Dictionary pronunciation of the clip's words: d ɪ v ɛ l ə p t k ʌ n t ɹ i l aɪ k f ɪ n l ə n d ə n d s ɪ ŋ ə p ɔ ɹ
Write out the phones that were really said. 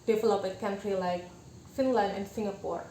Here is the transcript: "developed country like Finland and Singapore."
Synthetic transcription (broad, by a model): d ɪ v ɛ l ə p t k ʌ n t ɹ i l aɪ k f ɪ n l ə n ə n s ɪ ŋ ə p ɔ ɹ